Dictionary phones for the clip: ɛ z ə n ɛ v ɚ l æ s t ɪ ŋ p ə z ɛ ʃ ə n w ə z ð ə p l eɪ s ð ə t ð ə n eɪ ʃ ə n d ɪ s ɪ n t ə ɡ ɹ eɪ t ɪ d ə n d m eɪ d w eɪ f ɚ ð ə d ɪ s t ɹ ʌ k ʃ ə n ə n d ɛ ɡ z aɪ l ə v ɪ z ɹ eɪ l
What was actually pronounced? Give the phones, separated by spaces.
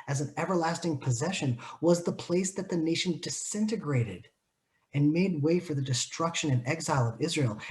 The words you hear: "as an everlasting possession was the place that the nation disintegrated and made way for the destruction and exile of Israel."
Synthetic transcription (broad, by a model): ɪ z n ɛ v ɚ l æ s t ɪ ŋ p ə z ɛ ʃ ə n w ə z ð ə p l eɪ s ð ə t ð ə n eɪ ʃ n d ɪ s ɪ n t ə ɡ ɹ eɪ t ɪ d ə n m eɪ d w eɪ f ɚ ð ə d ɪ s t ɹ ʌ k ʃ ə n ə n ɛ ɡ z aɪ l ə v ɪ z ɹ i l